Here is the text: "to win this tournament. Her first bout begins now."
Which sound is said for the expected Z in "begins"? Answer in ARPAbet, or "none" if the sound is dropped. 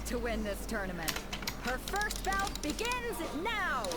Z